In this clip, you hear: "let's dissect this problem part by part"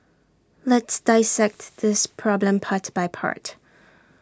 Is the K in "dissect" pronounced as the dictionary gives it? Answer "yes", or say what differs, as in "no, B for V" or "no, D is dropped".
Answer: yes